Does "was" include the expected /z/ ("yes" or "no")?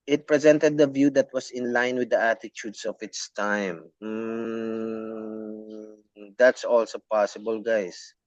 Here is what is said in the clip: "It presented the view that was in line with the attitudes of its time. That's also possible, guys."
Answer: no